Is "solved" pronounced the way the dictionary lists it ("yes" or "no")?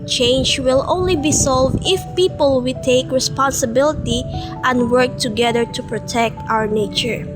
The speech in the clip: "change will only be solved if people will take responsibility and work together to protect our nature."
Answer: yes